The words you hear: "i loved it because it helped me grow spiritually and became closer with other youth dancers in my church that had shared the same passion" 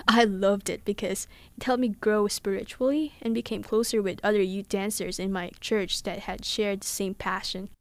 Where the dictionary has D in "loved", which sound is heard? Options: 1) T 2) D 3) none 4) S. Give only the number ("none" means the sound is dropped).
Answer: 2